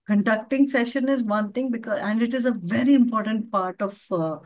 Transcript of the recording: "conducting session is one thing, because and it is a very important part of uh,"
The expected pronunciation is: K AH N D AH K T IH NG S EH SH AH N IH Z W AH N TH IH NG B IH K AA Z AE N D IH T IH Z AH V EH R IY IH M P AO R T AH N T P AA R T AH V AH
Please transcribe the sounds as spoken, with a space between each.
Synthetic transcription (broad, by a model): K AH N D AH K T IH NG S EH SH AH N IH Z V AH N T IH NG B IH K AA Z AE N D IH T IH Z AH V EH R IY IH M P AO R T AH N T P AA R T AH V